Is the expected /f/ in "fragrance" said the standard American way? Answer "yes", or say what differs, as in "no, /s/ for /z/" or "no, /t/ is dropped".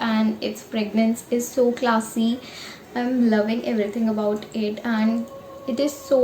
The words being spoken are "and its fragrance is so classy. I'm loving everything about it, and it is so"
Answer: no, /p/ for /f/